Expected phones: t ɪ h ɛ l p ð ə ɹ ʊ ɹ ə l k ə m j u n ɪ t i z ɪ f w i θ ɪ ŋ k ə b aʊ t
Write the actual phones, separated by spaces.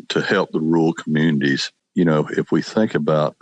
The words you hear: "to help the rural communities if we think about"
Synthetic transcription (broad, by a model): t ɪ h ɛ l p ð ə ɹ ɹ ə l k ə m j u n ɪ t i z ɪ f w i θ ɪ ŋ k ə b aʊ t